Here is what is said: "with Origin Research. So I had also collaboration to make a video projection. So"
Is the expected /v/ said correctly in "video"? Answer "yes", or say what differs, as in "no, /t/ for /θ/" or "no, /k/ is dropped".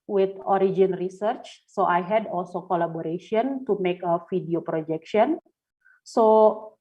no, /f/ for /v/